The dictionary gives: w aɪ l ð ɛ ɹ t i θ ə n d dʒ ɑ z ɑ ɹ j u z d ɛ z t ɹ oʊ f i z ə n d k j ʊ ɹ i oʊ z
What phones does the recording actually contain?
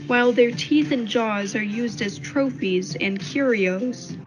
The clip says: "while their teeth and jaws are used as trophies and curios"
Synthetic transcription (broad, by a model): w aɪ l ð ɛ ɹ t i θ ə n dʒ ɑ z ɑ ɹ j u z d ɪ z t ɹ oʊ f i z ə n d k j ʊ ɹ i oʊ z